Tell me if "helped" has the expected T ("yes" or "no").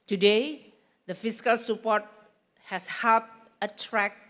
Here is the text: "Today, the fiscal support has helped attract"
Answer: no